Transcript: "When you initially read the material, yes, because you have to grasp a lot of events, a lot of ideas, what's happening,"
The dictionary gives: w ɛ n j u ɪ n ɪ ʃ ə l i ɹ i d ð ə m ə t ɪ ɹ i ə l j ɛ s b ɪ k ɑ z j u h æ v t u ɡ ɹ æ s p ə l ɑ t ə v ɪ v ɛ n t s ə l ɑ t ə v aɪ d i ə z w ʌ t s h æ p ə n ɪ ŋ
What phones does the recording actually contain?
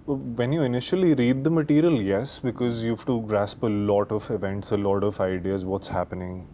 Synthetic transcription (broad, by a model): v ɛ n j u ɪ n ɪ ʃ ə l i ɹ i d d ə m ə t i ɹ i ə l j ɛ s b ɪ k ɑ z j u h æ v t u ɡ ɹ æ s p ə l ɑ t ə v ɪ v ɛ n t s ə l ɑ t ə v aɪ d i ə z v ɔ t s h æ p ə n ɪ ŋ